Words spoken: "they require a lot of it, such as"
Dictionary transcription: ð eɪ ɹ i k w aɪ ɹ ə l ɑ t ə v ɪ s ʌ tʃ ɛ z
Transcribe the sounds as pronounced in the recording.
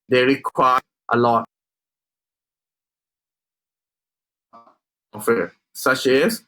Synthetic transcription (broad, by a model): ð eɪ ɹ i k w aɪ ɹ ə l ɑ t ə f ɪ s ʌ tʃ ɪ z